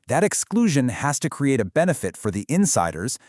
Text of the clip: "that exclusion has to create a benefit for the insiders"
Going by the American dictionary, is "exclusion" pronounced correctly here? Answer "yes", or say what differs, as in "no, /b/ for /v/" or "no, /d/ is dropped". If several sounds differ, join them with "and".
yes